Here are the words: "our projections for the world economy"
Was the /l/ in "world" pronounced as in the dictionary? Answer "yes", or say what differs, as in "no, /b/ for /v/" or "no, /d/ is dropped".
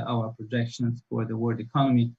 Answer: no, /l/ is dropped